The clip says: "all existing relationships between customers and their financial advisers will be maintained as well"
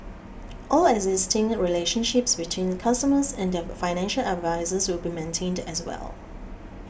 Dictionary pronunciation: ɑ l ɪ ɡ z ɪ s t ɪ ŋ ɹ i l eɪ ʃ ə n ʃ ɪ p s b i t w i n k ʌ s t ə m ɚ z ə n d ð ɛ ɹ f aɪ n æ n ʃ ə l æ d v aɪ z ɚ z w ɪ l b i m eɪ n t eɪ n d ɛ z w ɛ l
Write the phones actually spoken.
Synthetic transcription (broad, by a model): ɑ l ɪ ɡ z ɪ s t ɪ ŋ ɹ i l eɪ ʃ ə n ʃ ɪ p s b i t w i n k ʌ s t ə m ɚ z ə n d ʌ f aɪ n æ n ʃ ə l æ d v aɪ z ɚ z w ɪ l b i m eɪ n t eɪ n d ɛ s w ɛ l